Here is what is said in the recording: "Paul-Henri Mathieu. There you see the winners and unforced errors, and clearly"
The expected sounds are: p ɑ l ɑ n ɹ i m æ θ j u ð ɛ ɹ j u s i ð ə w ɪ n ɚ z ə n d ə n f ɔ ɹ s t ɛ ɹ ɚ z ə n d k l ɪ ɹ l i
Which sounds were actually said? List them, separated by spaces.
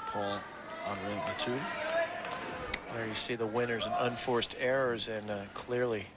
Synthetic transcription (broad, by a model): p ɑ l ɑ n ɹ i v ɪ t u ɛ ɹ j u s i ð ə w ɪ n ɚ z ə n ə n f ɔ ɹ s t ɛ ɹ ɚ z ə n k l ɪ ɹ l i